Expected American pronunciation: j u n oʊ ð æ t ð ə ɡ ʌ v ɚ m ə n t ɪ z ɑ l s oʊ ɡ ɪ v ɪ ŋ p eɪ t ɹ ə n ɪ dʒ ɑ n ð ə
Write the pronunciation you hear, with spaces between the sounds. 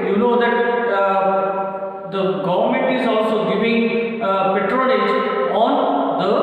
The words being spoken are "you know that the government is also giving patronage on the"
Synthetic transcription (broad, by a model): j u n oʊ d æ t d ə ɡ ʌ v ɚ m ə n t ɪ z ɑ l s oʊ ɡ ɪ v ɪ ŋ p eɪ t ɹ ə l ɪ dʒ ɑ n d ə